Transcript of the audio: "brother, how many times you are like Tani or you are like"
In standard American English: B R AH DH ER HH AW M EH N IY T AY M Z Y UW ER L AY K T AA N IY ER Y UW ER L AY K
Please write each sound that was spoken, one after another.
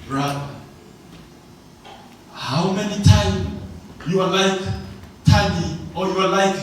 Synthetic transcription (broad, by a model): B R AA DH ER HH AW M EH N IY T AY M Y UW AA L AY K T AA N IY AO Y UW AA L AY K